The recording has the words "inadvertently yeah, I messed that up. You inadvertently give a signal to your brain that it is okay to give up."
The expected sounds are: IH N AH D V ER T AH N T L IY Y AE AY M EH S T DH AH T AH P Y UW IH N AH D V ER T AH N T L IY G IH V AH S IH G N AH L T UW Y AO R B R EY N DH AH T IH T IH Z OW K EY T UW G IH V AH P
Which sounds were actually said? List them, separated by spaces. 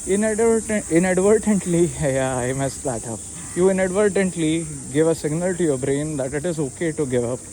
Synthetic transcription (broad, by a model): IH N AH D V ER T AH N T L IY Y AY M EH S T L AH T AH P Y UW IH N AH D V ER T AH N T L IY G IH V AH S IH G N AH L T UW Y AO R B R EY N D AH T IH T IH Z OW K EY T UW G IH V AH P